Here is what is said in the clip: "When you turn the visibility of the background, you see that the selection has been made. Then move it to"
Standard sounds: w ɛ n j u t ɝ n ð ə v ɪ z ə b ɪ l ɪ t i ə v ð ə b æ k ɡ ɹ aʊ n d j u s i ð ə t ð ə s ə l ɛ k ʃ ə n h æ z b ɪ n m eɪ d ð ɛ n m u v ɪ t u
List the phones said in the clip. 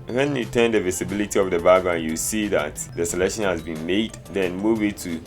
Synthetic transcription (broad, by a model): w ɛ n j u t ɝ n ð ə v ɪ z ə b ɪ l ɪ t i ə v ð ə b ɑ ɡ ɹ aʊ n j u s i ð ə t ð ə s ə l ɛ k ʃ ə n h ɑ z b ɪ n m eɪ d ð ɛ n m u w ɪ t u